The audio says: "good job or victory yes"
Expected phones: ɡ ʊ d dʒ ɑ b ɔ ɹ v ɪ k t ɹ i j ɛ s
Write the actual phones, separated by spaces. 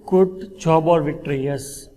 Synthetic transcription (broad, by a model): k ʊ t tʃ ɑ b ɔ ɹ v ɪ k t ɹ i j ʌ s